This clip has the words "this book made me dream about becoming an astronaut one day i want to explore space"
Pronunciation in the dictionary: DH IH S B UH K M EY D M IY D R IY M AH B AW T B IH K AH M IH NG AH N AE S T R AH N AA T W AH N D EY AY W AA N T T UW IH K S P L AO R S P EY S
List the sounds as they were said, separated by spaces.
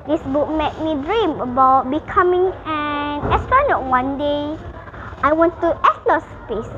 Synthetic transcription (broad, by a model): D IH S B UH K M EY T M IY D R IY M AH B AW T B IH K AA M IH NG AH N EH S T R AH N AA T W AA N D EY AY W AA N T T UW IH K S L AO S P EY S